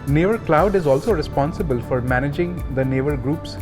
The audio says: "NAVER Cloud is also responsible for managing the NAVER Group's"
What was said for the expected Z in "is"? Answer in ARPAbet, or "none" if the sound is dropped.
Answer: Z